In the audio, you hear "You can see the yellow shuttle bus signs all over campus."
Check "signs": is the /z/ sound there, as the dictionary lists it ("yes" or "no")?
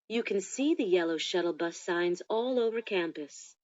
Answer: yes